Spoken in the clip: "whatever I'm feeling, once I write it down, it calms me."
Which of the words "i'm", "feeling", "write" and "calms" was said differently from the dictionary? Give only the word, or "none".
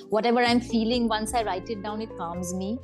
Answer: none